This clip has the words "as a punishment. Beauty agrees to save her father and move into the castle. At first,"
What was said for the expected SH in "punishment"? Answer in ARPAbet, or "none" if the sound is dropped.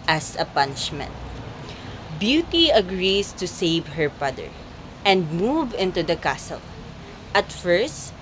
SH